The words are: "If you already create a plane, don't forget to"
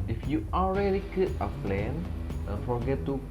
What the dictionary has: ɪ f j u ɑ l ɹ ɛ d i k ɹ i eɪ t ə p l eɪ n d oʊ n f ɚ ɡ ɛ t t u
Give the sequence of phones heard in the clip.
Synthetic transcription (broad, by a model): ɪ f j u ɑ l ɹ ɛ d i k i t ə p l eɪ n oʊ f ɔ ɡ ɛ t t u